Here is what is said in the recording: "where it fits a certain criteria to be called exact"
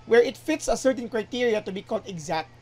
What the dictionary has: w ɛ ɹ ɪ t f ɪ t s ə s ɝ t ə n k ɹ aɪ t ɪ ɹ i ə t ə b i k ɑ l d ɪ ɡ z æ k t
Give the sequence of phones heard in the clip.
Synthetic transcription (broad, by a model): w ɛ ɹ ɪ t f ɪ t s ə s ɝ t ə n k ɹ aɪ t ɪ ɹ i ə t ə b i k ɑ l d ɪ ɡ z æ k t